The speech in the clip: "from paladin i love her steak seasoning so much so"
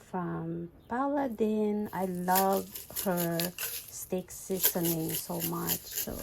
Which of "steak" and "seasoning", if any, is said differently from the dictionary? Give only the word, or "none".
seasoning